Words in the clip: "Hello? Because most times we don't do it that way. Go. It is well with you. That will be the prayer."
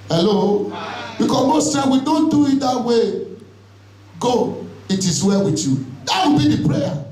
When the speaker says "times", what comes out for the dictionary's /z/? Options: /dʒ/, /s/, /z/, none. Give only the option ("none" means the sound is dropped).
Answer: none